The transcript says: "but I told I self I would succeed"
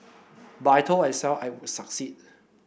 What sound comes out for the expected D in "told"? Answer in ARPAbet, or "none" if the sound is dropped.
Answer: none